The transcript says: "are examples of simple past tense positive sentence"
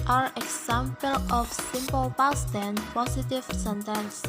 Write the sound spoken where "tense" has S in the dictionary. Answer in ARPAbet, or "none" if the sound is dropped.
none